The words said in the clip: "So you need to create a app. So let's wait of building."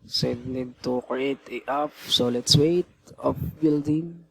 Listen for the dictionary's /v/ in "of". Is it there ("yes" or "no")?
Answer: no